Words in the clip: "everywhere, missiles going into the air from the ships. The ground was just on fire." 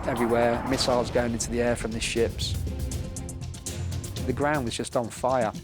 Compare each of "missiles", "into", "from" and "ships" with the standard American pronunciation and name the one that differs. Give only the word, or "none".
none